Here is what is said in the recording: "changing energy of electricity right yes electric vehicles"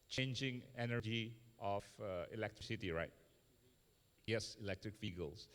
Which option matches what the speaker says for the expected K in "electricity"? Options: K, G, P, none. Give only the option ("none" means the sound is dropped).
K